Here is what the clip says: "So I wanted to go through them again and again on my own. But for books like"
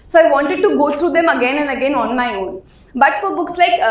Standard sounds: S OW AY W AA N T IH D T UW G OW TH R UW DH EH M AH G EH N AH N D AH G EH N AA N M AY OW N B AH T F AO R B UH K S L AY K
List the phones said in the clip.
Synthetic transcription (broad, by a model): S OW AY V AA N T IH D T UW G OW T R UW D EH M AH G EH N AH N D AH G EH N AA N M AY OW N B AH T F AO R B UH K S L AY K